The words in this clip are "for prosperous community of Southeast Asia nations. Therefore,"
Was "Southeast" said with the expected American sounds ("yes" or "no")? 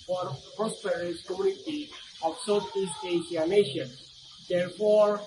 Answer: no